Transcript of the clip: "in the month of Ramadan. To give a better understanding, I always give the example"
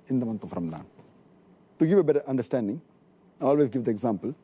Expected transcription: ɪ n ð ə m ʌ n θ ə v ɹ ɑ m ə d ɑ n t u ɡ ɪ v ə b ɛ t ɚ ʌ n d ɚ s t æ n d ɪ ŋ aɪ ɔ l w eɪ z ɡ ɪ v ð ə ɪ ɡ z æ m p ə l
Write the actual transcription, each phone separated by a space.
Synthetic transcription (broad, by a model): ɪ n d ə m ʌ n t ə f ɹ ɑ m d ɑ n t u ɡ ɪ v ə b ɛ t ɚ ʌ n d ɚ s t æ n d ɪ ŋ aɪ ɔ l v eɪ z ɡ ɪ v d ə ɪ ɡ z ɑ m p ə l